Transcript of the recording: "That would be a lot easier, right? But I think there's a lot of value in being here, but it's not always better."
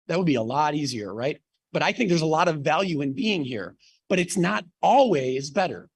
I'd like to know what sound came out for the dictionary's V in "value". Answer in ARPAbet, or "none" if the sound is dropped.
V